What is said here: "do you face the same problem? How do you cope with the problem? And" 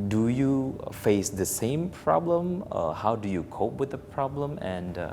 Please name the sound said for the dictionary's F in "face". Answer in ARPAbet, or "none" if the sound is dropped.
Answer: F